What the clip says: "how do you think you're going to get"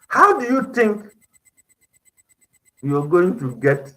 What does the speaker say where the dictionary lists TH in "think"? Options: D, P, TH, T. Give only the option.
T